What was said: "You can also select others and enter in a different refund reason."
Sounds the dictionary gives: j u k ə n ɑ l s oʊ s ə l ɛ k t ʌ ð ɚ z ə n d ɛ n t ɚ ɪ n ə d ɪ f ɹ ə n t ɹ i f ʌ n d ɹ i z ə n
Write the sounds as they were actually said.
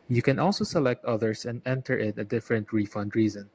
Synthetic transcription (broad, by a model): j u k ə n ɑ l s oʊ s ə l ɛ k t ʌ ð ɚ s ə n d ɛ n t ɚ ɪ n ə d ɪ f ɹ ə n t ɹ i f ʌ n d ɹ i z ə n